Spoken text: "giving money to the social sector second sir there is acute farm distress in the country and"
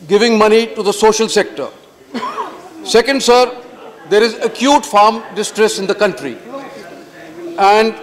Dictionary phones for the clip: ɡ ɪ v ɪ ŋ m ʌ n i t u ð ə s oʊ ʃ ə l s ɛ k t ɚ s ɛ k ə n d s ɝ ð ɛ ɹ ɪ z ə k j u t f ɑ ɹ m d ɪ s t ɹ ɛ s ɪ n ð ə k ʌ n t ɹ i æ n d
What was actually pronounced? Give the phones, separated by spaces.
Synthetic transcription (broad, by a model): ɡ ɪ v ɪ ŋ m ʌ n i t u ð ə s oʊ ʃ ə l s ɛ k t ɚ s ɛ k ə n d s ɝ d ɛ ɹ ɪ z ə k j u t f ɑ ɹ m d ɪ s t ɹ ɛ s ɪ n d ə k ʌ n t ɹ i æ n d